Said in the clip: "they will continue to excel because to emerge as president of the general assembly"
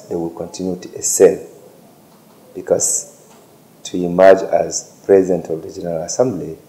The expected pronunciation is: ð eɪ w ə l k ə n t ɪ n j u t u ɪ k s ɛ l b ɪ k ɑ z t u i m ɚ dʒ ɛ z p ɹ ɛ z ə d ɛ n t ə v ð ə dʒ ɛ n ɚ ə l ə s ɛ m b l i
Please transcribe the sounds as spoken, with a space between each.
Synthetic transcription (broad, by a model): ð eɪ w ə l k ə n t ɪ n j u t u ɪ s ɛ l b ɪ k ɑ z t u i m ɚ dʒ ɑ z p ɹ ɛ z ə d ɛ n t ə v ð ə dʒ ɛ n ɚ ə l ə s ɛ m b l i